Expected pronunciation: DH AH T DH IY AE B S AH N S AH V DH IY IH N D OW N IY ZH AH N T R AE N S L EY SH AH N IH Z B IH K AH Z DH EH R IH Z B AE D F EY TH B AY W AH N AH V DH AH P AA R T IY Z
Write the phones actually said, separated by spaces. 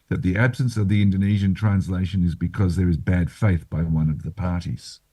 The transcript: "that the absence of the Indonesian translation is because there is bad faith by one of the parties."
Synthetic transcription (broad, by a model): DH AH T DH IY AE B S AH N S AH V DH IY IH N D OW N IY ZH AH N T R AE N S L EY SH AH N IH Z B IH K AH Z DH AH R IH Z B AE D F EY TH B AY W AH N AH V DH AH P AA R T IY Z